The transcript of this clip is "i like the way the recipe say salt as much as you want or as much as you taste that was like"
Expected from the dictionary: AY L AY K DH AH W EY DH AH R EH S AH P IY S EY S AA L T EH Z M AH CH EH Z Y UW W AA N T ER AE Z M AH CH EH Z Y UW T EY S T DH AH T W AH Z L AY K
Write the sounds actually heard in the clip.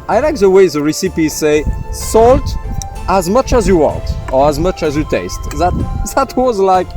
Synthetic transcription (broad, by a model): AY L AY K DH AH W EY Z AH R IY S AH P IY S EY S AA L T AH Z M AH CH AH Z Y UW W AA N T ER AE Z M AH CH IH Z Y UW T EY S T DH AH T W AH Z L AY K